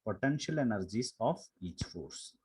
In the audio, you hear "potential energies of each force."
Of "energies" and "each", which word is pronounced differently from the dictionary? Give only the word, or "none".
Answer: energies